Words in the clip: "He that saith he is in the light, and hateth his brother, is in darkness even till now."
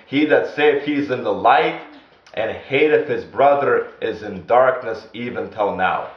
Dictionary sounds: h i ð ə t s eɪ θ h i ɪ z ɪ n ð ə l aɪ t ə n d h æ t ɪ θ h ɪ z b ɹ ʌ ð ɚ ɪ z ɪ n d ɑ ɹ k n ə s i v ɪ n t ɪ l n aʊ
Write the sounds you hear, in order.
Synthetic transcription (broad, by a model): h i ð ə t s eɪ f h i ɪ z ɪ n ð ə l aɪ t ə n h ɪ t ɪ f h ɪ z b ɹ ʌ ð ɚ ɪ z ɪ n d ɑ ɹ k n ə s i v ɪ n t ɪ l n aʊ